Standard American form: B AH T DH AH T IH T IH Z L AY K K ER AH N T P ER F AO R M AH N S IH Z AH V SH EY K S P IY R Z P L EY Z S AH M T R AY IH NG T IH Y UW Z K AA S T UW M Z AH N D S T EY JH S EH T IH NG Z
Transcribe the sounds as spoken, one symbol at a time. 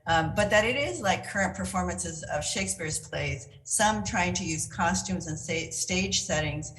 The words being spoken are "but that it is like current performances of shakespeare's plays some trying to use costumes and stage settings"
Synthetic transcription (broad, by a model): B AH T DH AH T IH T IH Z L AY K K ER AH N P ER F AO R M AH N S IH Z AH V SH EY K S P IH R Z P L EY Z S AH M T R AY IH NG T IH Y UW Z K AA S T UW M Z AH N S S T EY JH S EH T IH NG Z